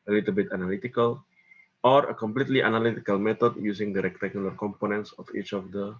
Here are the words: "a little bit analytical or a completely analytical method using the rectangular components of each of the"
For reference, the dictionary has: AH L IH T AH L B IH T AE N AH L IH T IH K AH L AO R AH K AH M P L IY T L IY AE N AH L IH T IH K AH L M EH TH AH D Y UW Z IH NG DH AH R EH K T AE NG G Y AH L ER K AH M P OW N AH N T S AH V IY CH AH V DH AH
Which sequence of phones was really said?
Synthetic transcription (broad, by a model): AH L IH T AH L B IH T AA N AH L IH T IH K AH L AO R AH K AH M P L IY T L IY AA N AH L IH T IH K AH L M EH T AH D Y UW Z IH NG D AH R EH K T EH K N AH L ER K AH M P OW N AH N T S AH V IY CH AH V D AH